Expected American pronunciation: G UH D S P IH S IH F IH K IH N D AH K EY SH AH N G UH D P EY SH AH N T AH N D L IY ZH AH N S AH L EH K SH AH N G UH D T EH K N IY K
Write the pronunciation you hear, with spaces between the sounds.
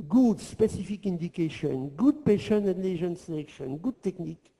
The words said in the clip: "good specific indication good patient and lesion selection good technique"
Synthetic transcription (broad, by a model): G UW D S P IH S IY F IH K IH N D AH K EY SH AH N G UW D P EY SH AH N AH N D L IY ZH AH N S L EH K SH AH N G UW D T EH K N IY K